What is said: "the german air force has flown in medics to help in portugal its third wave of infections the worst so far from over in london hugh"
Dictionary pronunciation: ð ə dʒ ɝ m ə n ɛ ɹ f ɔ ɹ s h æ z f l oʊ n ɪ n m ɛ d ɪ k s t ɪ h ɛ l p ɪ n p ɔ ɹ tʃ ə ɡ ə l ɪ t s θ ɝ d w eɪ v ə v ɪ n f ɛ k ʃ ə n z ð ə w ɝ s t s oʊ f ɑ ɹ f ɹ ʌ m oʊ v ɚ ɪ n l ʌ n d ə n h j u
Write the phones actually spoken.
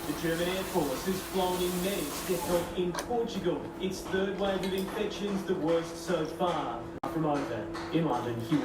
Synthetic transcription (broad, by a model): ð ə dʒ ɝ m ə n ɛ ɹ f ɔ ɹ s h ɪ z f l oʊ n ɪ n m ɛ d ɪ s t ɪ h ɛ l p ɪ n p ɔ ɹ tʃ ə ɡ ə l ɪ t s θ ɝ d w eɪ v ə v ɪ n f ɛ k ʃ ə n z ð ə w ɝ s t s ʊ f ɑ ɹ f ɹ ʌ m oʊ v ɚ ɪ n l ʌ n d ə n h j u